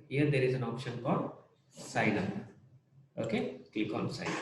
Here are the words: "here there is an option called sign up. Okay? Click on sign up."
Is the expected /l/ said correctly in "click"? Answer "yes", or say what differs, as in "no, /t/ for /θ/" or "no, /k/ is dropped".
no, /l/ is dropped